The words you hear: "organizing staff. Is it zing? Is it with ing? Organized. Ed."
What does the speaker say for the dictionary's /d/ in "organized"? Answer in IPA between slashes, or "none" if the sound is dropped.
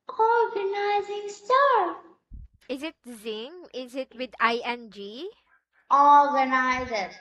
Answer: none